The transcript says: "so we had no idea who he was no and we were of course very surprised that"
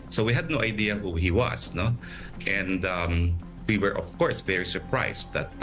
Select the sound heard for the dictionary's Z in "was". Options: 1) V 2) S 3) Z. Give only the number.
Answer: 2